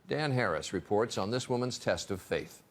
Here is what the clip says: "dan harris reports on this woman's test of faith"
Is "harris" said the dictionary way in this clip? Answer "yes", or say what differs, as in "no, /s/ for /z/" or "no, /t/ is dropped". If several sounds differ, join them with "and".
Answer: yes